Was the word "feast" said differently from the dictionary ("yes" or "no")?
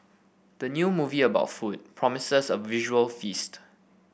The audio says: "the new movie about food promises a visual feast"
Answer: no